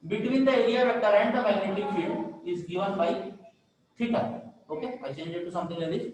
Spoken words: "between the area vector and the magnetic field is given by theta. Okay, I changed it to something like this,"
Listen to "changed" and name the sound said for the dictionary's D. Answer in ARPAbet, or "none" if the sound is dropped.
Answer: none